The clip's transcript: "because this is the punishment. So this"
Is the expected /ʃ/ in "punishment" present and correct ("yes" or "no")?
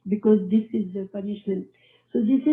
yes